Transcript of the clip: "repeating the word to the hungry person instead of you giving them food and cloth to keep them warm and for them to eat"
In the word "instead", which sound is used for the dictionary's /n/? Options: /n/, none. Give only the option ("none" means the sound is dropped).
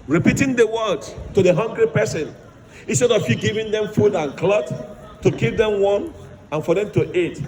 /n/